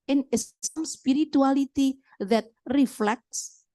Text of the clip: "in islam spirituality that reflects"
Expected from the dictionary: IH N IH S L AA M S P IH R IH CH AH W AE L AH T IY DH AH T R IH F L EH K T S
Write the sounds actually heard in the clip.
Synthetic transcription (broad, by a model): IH N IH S AA M S P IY R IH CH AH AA L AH T IY DH AH T R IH F L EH K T S